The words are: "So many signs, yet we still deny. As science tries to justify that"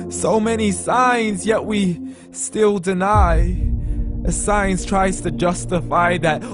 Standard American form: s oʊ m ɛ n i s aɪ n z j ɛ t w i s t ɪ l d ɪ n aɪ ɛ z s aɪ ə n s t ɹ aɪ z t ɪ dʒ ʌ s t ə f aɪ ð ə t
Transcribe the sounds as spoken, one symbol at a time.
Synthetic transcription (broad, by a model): s oʊ m ɛ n i s aɪ n z j ɛ t w i s t ɪ l d ɪ n aɪ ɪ s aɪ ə n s t ɹ aɪ z t ɪ dʒ ʌ s t ə f aɪ ð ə t